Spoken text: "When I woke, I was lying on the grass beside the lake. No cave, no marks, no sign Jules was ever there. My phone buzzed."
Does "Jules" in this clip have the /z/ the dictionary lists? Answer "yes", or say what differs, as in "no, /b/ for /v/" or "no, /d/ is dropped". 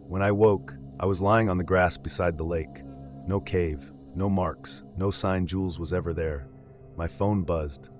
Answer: yes